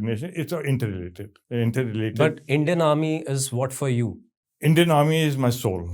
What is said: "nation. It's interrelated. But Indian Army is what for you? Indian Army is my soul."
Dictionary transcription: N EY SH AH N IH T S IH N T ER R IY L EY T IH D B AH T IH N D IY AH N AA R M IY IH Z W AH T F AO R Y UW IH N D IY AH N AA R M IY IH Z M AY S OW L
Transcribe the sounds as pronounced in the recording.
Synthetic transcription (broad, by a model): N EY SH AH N IH T S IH N T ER L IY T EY T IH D B AH T IH N D IY AH N AA R M IY IH Z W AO T F AO R Y UW IH N D IY AH N AA R M IY IH Z M AY S OW L